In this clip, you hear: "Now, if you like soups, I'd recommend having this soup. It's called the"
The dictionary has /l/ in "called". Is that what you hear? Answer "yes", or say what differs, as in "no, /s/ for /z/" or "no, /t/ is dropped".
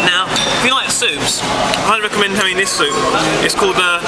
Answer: yes